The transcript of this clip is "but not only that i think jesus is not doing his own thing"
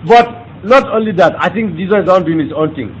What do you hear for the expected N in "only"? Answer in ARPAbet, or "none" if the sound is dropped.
N